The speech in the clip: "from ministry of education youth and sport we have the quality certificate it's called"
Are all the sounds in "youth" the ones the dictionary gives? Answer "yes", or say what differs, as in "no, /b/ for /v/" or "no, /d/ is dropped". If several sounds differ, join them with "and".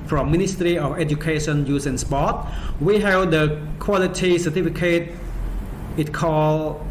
no, /s/ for /θ/